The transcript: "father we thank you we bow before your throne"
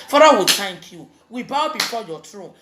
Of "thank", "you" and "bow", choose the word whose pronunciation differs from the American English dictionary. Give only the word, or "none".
thank